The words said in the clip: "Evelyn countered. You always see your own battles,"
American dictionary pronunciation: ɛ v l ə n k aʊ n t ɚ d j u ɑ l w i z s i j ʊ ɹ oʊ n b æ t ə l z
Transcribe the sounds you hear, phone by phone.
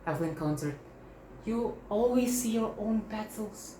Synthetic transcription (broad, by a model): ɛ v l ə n k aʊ n s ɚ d j u ɑ l w i z s i j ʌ ɹ oʊ n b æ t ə l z